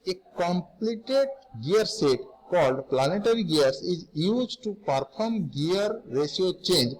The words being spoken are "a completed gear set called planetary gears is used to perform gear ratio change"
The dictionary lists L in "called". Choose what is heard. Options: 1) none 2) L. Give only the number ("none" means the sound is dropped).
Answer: 2